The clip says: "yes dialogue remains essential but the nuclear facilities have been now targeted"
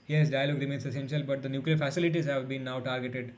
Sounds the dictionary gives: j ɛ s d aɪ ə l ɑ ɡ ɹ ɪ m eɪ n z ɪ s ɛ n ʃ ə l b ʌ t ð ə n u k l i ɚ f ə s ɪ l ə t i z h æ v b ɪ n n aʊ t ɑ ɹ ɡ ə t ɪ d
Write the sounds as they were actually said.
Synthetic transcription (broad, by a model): j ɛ s d aɪ ə l ɑ ɡ ɹ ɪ m eɪ n s ɪ s ɛ n ʃ ə l b ʌ t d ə n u k l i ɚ f ə s ɪ l ə t i z h æ v b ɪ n n aʊ t ɑ ɹ ɡ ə t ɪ d